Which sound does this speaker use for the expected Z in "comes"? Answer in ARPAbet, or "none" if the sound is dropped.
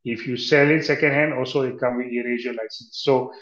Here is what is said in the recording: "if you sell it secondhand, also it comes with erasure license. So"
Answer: none